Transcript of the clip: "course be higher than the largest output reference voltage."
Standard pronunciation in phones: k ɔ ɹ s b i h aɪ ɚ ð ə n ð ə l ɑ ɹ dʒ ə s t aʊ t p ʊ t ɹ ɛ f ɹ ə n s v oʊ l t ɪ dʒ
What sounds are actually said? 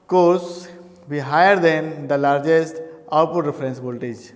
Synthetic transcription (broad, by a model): k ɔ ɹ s b i h aɪ ɚ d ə n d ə l ɑ ɹ dʒ ə s t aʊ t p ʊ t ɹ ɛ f ɹ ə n s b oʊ l t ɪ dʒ